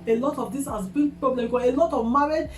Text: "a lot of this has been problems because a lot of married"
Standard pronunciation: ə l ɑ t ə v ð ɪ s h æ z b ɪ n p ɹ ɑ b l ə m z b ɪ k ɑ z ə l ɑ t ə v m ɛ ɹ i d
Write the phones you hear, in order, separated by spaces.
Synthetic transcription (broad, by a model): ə l ɑ t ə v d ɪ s h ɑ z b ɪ p ɹ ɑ b l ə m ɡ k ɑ ə l ɑ t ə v m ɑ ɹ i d